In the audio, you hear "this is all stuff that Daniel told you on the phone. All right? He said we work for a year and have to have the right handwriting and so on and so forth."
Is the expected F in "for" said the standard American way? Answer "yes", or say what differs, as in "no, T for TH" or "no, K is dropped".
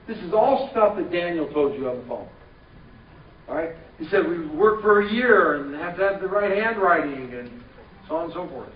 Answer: yes